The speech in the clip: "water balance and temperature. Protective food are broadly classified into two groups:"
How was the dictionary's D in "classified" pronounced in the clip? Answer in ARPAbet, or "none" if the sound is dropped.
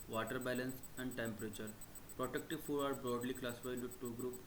none